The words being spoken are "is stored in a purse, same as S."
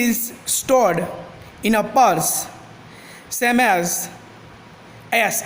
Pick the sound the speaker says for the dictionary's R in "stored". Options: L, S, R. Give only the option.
R